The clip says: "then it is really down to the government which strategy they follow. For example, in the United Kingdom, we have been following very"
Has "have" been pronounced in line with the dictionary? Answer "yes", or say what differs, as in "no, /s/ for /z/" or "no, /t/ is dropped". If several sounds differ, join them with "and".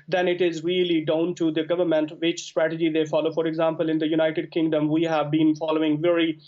yes